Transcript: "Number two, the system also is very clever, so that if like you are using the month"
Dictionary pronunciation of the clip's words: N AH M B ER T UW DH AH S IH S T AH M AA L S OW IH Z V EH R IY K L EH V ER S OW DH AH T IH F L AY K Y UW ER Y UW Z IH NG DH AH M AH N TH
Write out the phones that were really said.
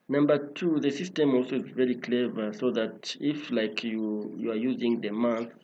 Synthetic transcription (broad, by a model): N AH M B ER T UW DH AH S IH S T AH M AA L S OW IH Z V EH R IY K L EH V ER S OW DH AH T IH F L AY K Y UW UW Y UW Z IH NG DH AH M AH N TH